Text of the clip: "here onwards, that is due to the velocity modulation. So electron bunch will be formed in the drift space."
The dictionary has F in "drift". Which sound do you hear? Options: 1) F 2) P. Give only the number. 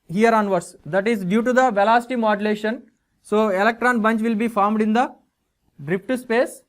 2